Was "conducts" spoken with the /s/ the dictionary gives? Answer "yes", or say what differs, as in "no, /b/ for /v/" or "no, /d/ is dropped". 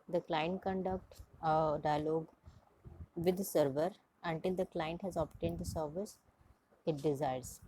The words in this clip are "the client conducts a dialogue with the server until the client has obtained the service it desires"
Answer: no, /s/ is dropped